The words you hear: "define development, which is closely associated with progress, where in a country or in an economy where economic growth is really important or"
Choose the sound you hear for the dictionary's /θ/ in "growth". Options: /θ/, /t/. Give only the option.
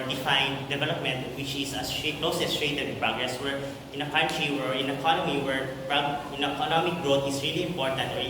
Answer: /t/